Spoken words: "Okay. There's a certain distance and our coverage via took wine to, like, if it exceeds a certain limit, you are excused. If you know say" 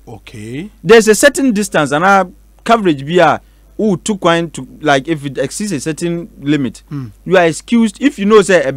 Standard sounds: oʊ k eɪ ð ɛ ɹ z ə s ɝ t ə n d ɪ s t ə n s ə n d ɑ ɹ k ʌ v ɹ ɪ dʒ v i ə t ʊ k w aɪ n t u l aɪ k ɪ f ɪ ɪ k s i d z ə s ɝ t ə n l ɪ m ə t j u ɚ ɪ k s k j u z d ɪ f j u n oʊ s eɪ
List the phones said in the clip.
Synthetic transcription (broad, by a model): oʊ k eɪ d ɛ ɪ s ə s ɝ t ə n d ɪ s t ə n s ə n ɑ k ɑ v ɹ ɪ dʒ b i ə t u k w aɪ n t u l aɪ k ɪ f ɪ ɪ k s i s ə s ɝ t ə n l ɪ m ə t j u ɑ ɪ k s k j u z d ɪ f j u n oʊ s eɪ